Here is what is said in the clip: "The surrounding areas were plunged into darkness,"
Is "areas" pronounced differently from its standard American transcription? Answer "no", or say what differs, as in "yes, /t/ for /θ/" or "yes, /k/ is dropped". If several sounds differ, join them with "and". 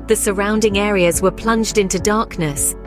no